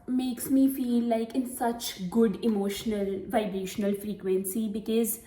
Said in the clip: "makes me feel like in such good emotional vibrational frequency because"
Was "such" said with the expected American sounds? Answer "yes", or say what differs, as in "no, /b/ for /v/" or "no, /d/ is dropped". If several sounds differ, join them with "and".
yes